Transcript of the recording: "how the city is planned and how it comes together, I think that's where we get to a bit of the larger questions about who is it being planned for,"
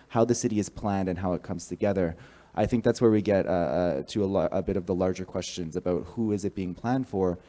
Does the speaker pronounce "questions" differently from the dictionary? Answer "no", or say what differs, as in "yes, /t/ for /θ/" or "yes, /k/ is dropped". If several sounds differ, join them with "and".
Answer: no